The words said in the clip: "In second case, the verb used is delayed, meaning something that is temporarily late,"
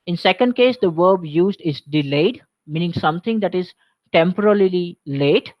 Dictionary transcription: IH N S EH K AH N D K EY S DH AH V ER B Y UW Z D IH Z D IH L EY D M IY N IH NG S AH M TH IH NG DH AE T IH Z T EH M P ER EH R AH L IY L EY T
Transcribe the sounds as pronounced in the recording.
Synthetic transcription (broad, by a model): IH N S EH K AH N D K EY S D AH V ER B Y UW Z D IH Z D IH L EY D M IY N IH NG S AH M T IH NG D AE T IH Z T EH M P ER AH L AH L IY L EY T